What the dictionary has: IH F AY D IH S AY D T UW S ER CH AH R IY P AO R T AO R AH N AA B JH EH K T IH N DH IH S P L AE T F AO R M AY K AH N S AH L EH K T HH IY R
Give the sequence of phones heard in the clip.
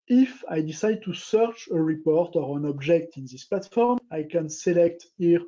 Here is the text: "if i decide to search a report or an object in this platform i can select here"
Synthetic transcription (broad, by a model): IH F AY D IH S AY D T UW S ER CH AH R IY P AO R T AO R AH N AA B JH EH K T IH N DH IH S P L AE T F AO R M AY K AH N S AH L EH K T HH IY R